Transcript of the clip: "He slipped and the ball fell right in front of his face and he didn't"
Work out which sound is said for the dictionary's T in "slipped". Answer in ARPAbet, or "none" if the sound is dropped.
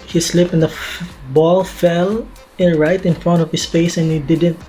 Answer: none